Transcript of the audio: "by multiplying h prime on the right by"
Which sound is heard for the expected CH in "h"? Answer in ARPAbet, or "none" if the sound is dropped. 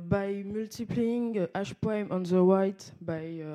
SH